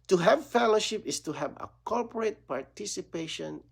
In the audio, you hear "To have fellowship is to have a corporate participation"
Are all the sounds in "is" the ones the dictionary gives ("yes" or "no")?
no